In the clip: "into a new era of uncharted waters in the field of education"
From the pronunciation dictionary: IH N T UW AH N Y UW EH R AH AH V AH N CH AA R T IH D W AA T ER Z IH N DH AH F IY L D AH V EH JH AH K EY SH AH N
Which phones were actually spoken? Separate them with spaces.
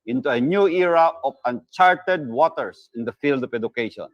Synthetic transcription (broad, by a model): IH N T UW AH N Y UW EH R AH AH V AH N CH AA R T IH D W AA T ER S IH N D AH F IY L D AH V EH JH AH K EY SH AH N